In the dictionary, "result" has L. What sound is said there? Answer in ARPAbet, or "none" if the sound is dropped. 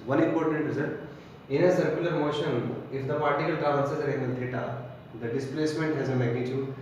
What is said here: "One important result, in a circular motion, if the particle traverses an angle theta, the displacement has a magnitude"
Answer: none